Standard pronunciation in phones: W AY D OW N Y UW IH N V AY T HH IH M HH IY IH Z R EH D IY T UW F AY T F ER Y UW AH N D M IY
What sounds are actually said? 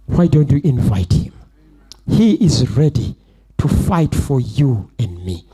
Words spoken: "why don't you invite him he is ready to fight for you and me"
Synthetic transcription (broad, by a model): W AY D OW N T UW IH N V AY T HH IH M HH IY IH Z R EH D IY T UW F AY T F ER Y UW AH N D M IY